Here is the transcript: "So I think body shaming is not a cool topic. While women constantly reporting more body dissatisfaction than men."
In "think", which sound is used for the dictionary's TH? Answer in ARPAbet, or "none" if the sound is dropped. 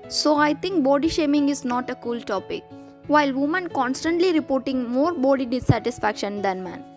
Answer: T